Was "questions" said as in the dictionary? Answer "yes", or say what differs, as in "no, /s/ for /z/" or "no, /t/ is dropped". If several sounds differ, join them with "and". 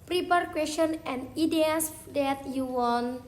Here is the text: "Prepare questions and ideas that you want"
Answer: no, /z/ is dropped